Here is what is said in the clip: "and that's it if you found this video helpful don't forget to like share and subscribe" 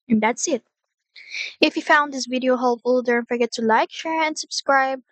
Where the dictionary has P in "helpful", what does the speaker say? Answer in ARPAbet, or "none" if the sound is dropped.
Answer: none